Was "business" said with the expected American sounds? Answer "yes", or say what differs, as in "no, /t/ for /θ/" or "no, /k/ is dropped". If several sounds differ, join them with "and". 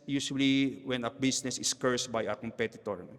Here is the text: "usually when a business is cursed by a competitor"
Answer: no, /s/ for /z/